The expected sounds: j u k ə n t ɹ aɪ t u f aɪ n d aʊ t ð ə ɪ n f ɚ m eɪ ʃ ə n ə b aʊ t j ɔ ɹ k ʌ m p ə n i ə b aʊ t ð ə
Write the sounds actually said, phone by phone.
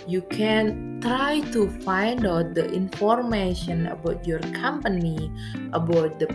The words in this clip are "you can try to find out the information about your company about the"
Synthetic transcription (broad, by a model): j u k ə n t ɹ aɪ t u f aɪ n d aʊ t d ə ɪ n f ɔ m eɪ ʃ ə n ə b aʊ t j ɔ ɹ k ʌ m p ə n i ə b aʊ t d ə